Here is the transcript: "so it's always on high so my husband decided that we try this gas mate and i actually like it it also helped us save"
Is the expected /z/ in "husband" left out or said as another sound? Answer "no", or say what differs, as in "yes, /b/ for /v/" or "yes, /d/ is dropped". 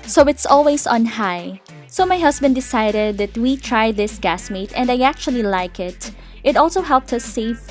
yes, /s/ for /z/